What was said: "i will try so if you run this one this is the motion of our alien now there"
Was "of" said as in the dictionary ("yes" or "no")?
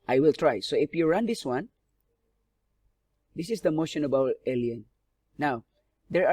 no